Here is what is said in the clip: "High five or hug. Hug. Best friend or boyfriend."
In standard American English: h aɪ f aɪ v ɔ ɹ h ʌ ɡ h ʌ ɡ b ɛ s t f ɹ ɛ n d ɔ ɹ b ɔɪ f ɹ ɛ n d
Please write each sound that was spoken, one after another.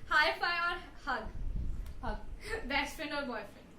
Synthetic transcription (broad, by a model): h aɪ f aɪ ɔ ɹ h ʌ ɡ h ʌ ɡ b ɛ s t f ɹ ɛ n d ɔ ɹ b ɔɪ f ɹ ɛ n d